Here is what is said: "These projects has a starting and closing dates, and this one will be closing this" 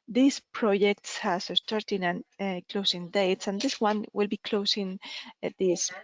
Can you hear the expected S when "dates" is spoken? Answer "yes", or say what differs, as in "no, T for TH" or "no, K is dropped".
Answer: yes